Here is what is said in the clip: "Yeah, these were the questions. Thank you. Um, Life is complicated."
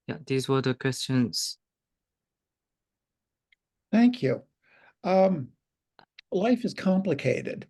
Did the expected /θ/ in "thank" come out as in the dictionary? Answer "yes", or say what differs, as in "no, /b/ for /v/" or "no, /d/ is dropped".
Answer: yes